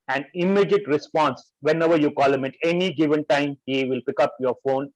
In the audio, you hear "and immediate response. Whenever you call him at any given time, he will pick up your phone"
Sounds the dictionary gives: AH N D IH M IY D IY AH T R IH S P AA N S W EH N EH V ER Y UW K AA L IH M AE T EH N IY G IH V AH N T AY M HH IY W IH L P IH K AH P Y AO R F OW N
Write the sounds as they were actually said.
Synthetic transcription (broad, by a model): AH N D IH M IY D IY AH T R IH S P AA N S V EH N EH V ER Y UW K AA L IH M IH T EH N IY G IH V AH N T AY M HH IY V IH L P IH K AH P Y AO R F OW N